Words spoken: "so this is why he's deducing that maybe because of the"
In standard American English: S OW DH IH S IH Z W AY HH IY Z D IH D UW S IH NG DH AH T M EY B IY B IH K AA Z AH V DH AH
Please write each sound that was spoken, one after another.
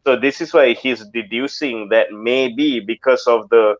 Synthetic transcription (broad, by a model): S OW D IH S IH S W AY HH IY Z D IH D UW S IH NG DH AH T M EY B IY B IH K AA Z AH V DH AH